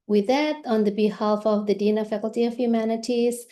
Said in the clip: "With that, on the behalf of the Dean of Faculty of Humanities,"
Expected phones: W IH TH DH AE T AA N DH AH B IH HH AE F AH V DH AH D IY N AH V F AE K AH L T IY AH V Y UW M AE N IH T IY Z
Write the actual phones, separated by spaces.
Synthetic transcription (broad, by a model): W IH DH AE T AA N DH AH B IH HH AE F AH V DH AH D IY N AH F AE K L T IY AH V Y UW M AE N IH T IY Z